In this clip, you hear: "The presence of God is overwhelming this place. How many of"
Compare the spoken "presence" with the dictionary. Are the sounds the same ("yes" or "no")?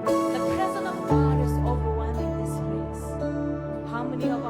no